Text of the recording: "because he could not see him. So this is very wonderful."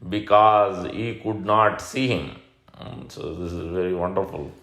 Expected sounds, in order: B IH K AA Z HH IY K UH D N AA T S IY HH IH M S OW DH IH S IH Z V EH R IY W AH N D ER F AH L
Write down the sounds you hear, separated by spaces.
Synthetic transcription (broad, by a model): B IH K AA Z HH IY K UH D N AA T S IY HH IH M S OW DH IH S IH Z V EH R IY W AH N D ER F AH L